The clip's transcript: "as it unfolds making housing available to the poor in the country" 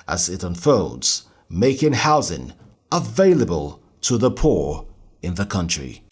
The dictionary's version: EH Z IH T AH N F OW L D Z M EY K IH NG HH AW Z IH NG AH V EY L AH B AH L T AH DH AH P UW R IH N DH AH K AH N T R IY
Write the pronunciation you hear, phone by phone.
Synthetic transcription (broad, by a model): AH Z IH T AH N F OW L D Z M EY K IH NG HH AW Z IH NG AH V EY L AH B AH L T AH DH AH P UW R IH N DH AH K AH N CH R IY